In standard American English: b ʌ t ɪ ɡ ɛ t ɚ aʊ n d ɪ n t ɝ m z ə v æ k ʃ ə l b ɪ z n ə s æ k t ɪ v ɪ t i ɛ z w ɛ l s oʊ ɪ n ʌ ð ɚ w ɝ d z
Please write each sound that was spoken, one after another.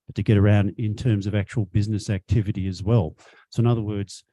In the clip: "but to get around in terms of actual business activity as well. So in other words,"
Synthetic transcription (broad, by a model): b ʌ t ɪ ɡ ɛ t ɚ aʊ n d ɪ n t ɝ m z ə v æ k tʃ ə l b ɪ z n ə s æ k t ɪ v ɪ t i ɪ z w ɛ l s oʊ ɪ n ʌ ð ɚ w ɝ d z